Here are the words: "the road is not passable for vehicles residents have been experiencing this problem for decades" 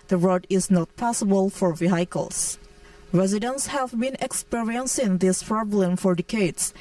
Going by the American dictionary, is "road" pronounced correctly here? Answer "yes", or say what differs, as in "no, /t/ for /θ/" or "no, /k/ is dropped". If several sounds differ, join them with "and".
yes